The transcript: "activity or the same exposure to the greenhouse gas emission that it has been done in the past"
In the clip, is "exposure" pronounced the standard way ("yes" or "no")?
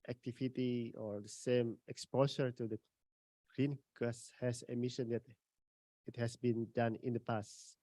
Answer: no